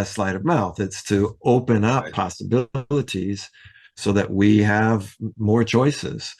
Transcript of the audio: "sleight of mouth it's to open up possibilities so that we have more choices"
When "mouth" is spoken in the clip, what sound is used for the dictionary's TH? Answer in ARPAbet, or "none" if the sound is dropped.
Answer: TH